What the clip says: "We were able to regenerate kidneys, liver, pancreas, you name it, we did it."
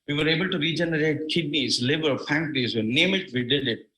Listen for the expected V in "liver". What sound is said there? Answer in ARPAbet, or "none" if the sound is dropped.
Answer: B